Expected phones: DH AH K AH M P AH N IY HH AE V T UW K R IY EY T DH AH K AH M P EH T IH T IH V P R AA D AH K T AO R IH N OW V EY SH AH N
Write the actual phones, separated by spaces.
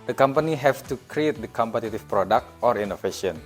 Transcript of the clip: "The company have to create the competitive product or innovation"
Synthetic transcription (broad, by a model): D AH K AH M P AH N IY HH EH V T UW K R IY EY T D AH K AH M P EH T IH T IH F P R AA D AH K T AO R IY N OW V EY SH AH N